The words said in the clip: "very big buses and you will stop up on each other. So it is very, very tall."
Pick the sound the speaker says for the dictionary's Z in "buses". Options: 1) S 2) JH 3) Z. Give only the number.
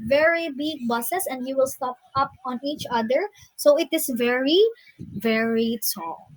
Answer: 1